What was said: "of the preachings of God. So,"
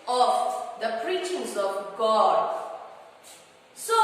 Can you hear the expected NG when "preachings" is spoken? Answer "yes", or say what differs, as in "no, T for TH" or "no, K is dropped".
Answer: no, NG is dropped